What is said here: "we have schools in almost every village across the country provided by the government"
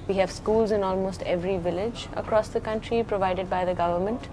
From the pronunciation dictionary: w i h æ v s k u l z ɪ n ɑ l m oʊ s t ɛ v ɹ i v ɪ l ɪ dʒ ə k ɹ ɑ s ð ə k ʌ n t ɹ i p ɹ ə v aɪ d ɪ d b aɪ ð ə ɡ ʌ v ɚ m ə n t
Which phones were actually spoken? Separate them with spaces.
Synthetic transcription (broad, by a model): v i h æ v s k u l z ɪ n ɑ l m oʊ s t ɛ v ɹ i v ɪ l ɪ dʒ ə k ɹ ɑ s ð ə k ʌ n t ɹ i p ɹ ə v aɪ d ɪ d b aɪ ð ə ɡ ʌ v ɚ m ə n t